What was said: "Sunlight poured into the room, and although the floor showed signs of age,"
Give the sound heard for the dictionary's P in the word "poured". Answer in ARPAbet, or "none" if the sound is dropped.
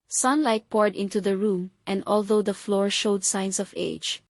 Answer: P